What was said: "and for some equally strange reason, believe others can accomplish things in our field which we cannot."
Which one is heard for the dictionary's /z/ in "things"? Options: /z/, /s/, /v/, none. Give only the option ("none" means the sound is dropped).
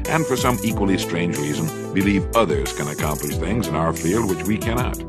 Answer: /z/